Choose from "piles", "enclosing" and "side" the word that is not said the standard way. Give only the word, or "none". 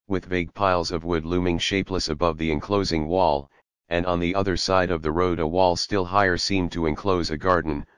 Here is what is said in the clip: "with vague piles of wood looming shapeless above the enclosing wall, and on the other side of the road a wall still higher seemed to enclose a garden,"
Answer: none